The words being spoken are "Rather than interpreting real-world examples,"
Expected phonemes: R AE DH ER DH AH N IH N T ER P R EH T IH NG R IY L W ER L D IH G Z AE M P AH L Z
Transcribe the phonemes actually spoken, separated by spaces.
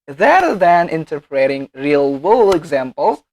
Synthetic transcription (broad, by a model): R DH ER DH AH N IH N T ER P R EH T IH NG R IY L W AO L IH G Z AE M P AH L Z